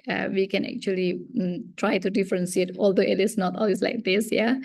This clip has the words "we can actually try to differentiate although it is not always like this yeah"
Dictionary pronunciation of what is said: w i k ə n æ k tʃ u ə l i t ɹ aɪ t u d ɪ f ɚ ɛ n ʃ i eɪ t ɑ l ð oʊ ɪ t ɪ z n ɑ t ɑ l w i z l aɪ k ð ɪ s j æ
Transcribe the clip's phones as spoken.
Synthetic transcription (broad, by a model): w i k ə n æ k tʃ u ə l i t ɹ aɪ t u d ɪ f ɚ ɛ n s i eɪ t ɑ l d oʊ ɪ t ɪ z n ɑ t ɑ l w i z l aɪ k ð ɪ s j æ